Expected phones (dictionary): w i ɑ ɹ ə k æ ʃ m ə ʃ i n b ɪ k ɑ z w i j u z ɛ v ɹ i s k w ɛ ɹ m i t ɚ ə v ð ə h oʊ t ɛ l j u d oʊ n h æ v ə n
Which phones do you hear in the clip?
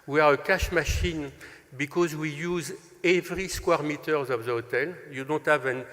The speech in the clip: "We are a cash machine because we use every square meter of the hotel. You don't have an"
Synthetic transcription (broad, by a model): w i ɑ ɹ ə k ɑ ʃ m ə ʃ i n b ɪ k ɑ z w i j u z ɛ v ɹ i s k w ɛ ɹ m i t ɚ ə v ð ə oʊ t ɛ l j u d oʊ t h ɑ v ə n